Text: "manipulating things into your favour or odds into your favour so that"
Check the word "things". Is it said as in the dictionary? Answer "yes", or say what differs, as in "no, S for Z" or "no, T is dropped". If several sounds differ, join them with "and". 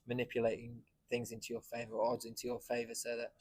yes